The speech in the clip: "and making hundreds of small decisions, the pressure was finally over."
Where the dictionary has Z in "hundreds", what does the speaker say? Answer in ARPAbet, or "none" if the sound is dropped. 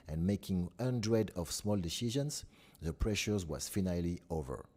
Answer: none